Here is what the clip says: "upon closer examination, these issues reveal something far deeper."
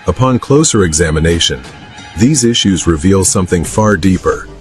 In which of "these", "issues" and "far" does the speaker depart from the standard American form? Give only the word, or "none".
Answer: none